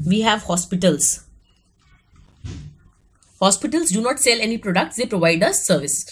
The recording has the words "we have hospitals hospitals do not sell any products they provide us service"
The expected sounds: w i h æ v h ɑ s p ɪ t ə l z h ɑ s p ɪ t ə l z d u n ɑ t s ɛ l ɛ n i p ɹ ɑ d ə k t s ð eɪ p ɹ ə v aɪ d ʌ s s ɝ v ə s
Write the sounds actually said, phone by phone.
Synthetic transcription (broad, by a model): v i h æ v h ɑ s p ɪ t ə l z h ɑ s p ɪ t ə l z d u n ɑ t s ɛ l ɛ n i p ɹ ɑ d ə k t s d eɪ p ɹ ə v aɪ d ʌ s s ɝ v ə s